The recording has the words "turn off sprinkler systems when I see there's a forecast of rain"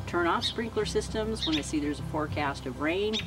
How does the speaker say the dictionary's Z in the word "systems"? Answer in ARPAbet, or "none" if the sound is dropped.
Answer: Z